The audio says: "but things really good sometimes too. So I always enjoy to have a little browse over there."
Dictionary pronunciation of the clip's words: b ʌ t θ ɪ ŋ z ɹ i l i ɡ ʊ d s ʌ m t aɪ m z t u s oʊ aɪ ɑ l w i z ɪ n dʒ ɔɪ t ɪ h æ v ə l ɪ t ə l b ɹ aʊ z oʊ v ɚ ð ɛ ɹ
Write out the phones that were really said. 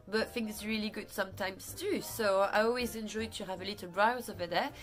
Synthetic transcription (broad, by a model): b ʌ t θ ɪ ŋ s ɹ i l i ɡ ʊ d s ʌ m t aɪ m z t u s oʊ aɪ ɑ l w i z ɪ n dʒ ɔɪ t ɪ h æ v ə l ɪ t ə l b ɹ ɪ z oʊ v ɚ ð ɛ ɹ